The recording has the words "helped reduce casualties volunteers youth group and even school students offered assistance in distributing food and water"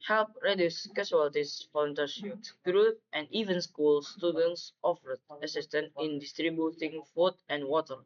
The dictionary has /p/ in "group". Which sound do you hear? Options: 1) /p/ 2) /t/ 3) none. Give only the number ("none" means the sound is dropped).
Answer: 3